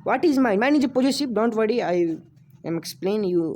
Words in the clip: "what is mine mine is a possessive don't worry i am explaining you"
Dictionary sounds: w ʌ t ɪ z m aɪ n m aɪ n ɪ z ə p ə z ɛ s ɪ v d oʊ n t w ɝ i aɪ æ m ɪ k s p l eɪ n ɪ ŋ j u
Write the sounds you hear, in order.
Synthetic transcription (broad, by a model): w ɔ t ɪ z m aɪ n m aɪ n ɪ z ə p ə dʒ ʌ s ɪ p d oʊ n t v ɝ i aɪ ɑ m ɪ k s p l eɪ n j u